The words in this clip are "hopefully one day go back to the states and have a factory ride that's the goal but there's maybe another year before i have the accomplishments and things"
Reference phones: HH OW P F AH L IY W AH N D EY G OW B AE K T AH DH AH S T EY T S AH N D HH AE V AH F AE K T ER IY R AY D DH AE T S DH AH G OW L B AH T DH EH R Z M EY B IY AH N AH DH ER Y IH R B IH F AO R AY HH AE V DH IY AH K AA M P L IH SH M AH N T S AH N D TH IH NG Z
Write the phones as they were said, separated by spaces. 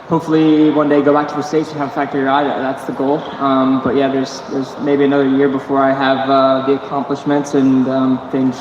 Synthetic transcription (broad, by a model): HH OW P F L IY W AH N D EY G OW B AE K T AH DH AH S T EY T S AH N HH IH V AH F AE K T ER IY R AY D DH AE T S DH AH G OW L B AH T DH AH R Z M EY B IY AH N AH DH ER Y IH R B IH F AO R AY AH V DH IY AH K AA M P L IH SH M AH N T S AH N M TH IH NG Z